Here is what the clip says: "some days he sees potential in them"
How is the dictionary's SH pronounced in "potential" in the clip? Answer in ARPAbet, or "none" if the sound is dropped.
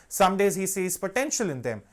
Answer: SH